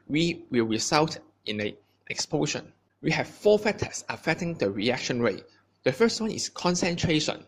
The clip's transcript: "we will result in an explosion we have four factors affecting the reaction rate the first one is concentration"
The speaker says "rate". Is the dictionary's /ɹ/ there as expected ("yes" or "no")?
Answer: yes